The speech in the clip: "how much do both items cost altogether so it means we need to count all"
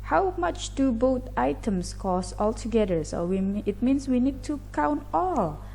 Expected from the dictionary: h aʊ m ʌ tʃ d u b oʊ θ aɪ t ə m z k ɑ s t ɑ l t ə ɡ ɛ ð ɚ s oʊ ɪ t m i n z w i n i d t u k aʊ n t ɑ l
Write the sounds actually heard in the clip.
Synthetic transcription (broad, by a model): h aʊ m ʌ tʃ d u b oʊ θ aɪ t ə m s k ɑ s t ɑ l t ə ɡ ɛ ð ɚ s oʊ ɪ t m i n s w i n i d t u k aʊ n t ɑ l